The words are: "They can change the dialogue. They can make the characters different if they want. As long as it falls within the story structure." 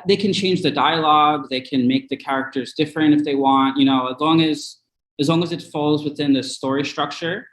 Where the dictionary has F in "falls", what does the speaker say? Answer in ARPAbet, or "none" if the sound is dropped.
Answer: F